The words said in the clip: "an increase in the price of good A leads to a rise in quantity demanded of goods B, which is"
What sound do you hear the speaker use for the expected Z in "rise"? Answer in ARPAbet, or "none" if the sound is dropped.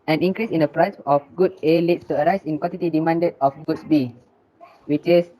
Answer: S